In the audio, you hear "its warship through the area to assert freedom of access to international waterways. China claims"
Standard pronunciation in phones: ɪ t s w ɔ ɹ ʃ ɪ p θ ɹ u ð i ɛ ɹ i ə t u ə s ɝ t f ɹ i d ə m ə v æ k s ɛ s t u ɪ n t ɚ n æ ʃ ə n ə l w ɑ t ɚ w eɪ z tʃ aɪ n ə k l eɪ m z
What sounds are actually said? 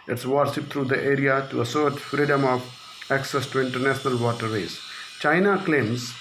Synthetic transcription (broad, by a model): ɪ t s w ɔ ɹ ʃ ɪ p t ɹ u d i ɛ ɹ i ə t u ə s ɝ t f ɹ i d ə m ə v æ k s ɛ s t u ɪ n t ɚ n æ ʃ ə n ə l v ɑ t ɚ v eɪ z tʃ aɪ n ə k l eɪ m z